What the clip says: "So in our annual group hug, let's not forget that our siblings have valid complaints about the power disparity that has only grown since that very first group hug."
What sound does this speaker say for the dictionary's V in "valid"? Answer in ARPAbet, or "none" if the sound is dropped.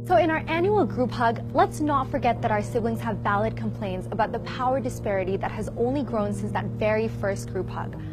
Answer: V